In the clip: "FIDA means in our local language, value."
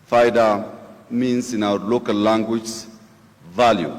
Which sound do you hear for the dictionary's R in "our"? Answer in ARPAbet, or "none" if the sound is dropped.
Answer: W